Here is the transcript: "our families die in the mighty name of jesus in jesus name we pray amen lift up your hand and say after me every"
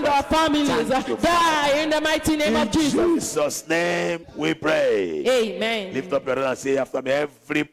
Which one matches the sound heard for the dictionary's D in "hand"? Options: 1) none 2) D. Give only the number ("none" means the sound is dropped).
1